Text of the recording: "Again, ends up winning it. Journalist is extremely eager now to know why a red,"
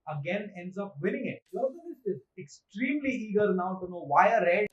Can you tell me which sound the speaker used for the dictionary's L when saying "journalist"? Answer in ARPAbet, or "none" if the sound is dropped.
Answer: N